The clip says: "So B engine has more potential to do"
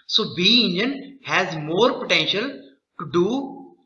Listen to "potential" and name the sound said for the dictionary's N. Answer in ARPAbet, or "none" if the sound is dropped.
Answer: N